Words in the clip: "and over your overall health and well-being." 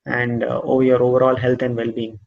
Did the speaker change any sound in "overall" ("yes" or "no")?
no